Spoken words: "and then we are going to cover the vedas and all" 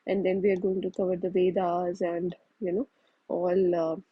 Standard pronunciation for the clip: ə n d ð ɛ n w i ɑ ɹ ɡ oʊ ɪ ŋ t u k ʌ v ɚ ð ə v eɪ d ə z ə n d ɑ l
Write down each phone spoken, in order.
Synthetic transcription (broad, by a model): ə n d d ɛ n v i ɑ ɹ ɡ oʊ ɪ ŋ t u k ʌ v ɚ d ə v eɪ d ə z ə n d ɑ l